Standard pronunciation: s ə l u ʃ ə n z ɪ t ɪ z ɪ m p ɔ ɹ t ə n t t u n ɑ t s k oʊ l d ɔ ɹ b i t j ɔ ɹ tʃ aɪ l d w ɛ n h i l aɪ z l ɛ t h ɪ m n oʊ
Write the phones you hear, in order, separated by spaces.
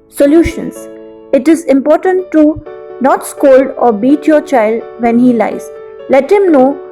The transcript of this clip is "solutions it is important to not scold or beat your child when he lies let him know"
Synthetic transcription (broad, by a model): s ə l u ʃ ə n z ɪ t ɪ z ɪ m p ɔ ɹ t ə n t t u n ɑ t s k oʊ l d ɔ ɹ b i t j ɔ ɹ tʃ aɪ l d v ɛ n h i l aɪ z l ɛ t h ɪ m n oʊ